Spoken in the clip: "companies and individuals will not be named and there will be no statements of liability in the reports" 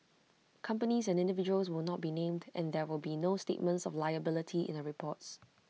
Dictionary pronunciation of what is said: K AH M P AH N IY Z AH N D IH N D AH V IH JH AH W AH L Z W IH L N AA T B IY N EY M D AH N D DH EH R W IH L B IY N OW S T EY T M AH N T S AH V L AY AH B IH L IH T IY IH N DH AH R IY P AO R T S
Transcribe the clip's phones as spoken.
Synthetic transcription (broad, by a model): K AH M P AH N IY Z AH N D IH N D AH V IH JH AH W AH L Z W IH L N AA T B IY N EY M D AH N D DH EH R W IH L B IY N OW S T EY T M AH N T S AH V L AY AH B IH L IH T IY IH N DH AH R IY P AO T S